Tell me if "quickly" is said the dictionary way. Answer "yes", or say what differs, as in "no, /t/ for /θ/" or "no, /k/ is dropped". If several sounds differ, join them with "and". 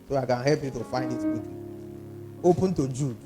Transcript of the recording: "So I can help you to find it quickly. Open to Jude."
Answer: no, /l/ is dropped